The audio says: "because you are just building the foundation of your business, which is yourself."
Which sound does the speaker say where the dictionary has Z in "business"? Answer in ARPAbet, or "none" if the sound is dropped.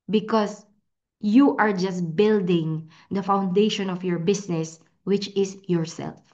S